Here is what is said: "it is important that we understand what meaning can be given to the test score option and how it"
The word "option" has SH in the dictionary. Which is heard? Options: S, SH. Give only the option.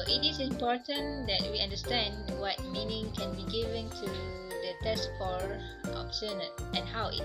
S